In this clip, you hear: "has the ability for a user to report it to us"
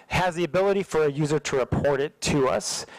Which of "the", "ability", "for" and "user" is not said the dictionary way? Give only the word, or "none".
none